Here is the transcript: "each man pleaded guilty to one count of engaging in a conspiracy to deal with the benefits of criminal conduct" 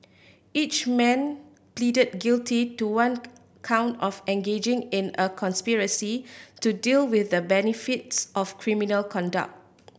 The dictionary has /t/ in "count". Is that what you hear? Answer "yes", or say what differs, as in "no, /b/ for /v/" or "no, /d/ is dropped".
yes